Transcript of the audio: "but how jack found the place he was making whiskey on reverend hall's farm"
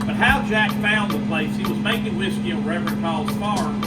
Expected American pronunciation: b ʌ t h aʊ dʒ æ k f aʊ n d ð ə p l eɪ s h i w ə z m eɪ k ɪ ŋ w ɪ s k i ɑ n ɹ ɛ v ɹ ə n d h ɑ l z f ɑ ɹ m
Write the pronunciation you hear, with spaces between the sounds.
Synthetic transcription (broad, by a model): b ʌ t h aʊ dʒ æ k f aʊ n ð ə p l eɪ s h i w ə z m eɪ k ɪ ŋ w ɪ s k i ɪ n ɹ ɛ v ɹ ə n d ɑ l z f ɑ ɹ